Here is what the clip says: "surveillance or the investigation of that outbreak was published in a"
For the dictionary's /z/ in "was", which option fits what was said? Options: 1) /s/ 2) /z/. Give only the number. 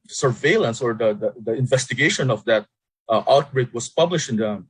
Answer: 1